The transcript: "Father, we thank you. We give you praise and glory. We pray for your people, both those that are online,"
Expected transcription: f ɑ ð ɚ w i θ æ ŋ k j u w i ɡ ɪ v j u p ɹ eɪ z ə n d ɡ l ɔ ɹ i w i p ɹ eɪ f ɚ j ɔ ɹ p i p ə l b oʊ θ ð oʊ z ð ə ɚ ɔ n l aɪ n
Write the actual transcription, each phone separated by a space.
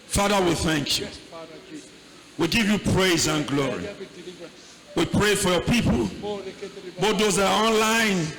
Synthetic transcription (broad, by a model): f ɑ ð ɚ w i θ æ ŋ k j u w i ɡ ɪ v j u p ɹ eɪ z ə n ɡ l ɔ ɹ i w i p ɹ eɪ f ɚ j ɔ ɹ p i p ə l b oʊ t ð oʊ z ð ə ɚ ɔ n l aɪ n